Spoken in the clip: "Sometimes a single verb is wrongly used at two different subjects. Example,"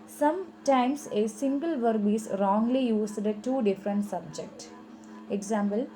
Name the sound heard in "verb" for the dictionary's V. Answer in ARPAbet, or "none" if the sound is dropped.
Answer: V